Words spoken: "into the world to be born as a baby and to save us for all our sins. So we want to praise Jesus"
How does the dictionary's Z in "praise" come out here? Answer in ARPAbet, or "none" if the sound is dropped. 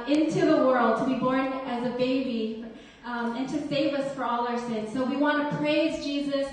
Z